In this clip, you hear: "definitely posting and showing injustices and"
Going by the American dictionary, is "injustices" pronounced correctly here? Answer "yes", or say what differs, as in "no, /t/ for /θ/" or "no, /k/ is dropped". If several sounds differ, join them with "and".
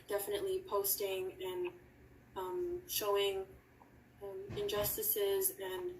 yes